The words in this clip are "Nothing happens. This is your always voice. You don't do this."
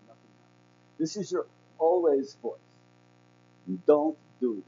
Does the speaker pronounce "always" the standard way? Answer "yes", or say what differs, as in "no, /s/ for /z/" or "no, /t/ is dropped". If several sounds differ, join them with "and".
yes